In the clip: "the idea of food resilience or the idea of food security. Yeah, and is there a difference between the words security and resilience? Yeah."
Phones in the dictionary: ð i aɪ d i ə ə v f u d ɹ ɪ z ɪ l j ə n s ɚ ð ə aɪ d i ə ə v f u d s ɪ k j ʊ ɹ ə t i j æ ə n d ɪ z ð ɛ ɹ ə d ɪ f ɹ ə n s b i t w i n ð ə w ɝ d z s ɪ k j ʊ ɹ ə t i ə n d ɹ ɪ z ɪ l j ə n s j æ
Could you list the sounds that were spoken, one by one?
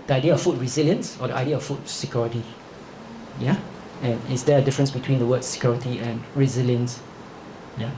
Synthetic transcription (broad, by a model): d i aɪ d i ə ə f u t ɹ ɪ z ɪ l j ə n s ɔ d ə aɪ d i ə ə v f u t s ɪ k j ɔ ɹ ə t i j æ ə n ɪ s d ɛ ə d ɪ f ɹ ə n s b i t w i n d ə w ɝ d s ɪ k j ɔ ɹ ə t i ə n ɹ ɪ z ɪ l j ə n s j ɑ